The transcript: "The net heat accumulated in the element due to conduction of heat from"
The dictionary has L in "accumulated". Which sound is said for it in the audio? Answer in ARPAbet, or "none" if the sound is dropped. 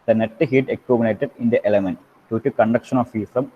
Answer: N